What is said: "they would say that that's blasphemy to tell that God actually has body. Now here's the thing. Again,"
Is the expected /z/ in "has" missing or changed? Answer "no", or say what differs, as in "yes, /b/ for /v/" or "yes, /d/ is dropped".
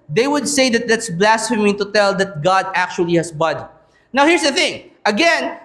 yes, /s/ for /z/